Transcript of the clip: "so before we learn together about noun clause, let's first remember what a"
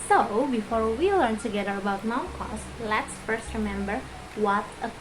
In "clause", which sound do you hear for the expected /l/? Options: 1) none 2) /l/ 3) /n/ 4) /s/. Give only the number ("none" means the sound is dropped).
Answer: 1